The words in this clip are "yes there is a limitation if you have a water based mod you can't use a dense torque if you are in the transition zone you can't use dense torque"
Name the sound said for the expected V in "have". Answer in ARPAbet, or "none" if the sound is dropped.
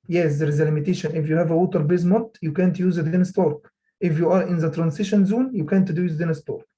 V